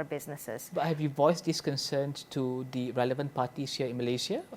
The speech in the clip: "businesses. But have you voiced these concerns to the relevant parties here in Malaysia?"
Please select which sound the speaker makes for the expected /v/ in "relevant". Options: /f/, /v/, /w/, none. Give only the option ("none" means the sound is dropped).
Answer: /v/